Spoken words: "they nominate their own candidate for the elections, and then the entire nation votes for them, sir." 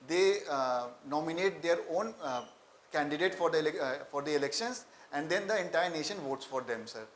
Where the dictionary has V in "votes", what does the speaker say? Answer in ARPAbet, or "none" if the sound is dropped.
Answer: V